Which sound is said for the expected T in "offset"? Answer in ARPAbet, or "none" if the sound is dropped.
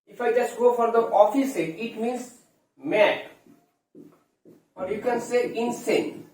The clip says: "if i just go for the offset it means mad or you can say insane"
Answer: none